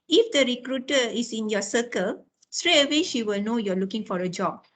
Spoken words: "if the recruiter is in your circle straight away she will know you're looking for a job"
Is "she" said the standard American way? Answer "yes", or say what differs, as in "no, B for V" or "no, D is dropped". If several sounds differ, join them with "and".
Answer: yes